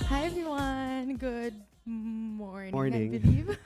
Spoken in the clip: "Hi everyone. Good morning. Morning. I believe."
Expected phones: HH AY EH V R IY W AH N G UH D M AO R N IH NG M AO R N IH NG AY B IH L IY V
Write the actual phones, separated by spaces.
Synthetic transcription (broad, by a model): HH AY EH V IY W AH N G UH D M AO R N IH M AO R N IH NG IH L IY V